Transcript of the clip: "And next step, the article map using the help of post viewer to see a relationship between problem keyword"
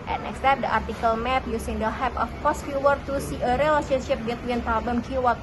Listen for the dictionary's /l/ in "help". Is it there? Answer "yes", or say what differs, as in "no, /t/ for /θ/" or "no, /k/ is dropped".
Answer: no, /l/ is dropped